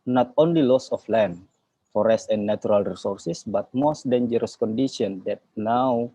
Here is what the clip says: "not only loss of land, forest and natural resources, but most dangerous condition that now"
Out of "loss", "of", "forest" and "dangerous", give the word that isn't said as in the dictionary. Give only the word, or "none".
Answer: of